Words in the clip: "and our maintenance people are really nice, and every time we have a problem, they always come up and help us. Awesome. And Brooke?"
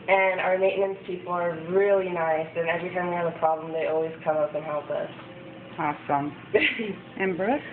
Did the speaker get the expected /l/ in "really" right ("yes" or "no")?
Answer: yes